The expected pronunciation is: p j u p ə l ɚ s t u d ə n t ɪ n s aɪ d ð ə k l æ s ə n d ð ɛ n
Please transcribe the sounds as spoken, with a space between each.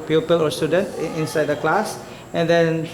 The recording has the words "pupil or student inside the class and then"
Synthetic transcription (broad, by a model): p j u p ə l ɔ s t u d ə n t ɪ n s aɪ d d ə k l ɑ s ə n d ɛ n